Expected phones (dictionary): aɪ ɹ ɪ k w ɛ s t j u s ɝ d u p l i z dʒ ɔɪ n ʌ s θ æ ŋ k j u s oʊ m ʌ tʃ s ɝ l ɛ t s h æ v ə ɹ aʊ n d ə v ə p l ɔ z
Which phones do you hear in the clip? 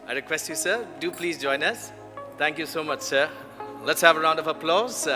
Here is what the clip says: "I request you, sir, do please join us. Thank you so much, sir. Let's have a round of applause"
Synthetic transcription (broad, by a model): aɪ ɹ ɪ k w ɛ s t j u s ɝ d u p l i z dʒ ɔɪ n ʌ s t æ ŋ k j u s oʊ m ʌ tʃ s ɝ l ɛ t s h æ v ə ɹ aʊ n d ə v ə p l ɔ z